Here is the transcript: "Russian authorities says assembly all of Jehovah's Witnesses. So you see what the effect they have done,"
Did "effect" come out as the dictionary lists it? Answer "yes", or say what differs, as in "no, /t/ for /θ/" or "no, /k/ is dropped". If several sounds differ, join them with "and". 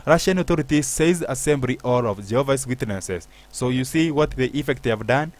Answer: yes